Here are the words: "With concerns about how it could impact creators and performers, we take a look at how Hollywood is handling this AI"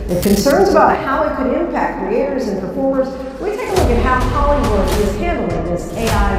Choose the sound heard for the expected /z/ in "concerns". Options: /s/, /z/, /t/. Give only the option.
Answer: /z/